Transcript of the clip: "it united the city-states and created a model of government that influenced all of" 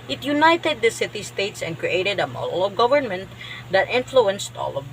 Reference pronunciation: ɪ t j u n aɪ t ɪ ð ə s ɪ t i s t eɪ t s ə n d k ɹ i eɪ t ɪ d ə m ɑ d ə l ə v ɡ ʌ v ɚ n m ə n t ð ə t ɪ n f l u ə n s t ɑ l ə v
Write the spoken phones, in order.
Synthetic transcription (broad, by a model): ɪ t j u n aɪ t ɪ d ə s ɪ t i s t eɪ t s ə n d k ɹ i eɪ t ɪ d ə m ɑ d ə l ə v ɡ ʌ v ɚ n m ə n t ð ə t ɪ n f l u ə n s t ɑ l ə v